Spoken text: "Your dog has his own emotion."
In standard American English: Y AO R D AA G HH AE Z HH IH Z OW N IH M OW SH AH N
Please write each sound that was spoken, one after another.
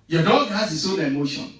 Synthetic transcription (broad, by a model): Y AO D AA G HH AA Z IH S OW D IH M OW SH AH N